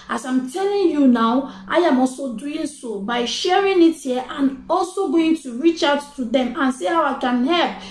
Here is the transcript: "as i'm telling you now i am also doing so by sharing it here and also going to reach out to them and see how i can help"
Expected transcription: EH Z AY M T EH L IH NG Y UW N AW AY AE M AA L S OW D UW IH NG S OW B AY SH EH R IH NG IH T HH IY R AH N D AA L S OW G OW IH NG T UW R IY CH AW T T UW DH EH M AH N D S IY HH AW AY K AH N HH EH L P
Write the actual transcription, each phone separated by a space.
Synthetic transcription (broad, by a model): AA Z AY M T EH L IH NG Y UW N AW AY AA M AA L S OW D UW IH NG S OW B AY SH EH R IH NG IH T HH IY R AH N AA L S OW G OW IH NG T UW R IY CH AW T T UW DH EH M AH N S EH HH AW AY K AH N HH EH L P